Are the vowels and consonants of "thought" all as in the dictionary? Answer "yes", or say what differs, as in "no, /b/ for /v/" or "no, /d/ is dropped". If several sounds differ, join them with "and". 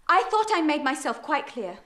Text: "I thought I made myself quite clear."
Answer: yes